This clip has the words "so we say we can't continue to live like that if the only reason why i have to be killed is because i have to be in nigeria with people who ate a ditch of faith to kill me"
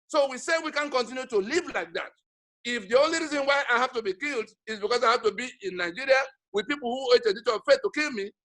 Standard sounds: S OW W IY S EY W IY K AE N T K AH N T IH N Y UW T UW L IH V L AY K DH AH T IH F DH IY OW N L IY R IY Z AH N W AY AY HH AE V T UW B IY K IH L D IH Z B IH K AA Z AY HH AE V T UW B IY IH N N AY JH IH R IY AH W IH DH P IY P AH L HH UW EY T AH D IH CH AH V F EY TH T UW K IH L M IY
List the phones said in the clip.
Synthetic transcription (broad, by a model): S OW W IY S EY W IY K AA N K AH N T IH N Y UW T UW L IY V L AY K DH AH T IH F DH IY OW N L IY R IY Z AH N W AY AY HH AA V T UW B IY K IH L D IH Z B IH K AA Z AY HH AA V T UW B IY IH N N AY JH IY R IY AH W IH DH P IY P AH L HH UW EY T AH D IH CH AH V F EY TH T UW K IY L M IY